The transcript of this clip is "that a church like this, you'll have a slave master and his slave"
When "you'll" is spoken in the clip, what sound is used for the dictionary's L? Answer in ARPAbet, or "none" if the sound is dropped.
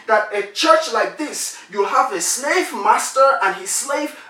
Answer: L